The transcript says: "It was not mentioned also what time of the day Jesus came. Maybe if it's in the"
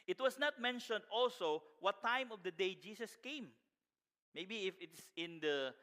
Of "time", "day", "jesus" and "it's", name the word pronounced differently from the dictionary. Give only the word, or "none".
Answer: jesus